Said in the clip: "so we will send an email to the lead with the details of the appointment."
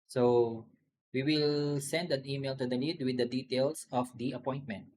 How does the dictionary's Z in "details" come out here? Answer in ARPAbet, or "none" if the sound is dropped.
S